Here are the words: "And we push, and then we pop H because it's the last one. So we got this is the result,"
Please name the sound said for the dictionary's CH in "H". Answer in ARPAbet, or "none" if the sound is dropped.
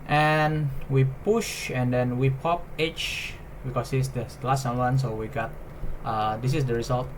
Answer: CH